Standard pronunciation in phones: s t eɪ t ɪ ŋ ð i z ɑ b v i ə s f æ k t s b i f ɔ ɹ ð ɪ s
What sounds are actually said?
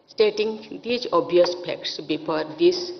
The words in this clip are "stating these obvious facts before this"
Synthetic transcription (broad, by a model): s t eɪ t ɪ ŋ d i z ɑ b i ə s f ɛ k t s b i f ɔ ɹ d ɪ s